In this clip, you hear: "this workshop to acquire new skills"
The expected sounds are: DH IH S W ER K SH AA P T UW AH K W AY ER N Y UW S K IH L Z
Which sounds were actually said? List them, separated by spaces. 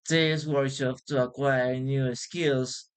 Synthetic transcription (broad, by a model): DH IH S W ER SH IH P T UW AH K W AY ER N Y UW S K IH L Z